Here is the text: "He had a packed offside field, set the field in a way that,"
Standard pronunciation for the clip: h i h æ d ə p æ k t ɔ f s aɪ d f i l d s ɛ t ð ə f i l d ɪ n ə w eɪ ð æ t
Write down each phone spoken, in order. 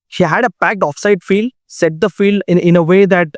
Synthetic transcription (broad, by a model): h i h æ d ə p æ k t ɔ f s aɪ d f i l d s ɛ t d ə f i l d ɪ n ə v eɪ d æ t